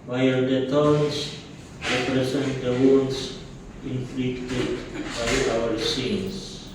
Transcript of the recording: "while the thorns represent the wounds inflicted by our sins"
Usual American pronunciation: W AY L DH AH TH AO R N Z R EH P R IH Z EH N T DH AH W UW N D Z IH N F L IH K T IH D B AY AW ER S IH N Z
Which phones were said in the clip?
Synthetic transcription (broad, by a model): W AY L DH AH T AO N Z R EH P R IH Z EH N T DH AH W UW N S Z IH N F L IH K T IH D B AY AW ER S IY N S